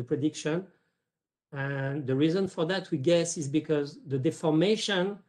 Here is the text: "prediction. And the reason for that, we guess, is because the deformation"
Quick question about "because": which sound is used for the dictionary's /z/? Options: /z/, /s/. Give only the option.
/z/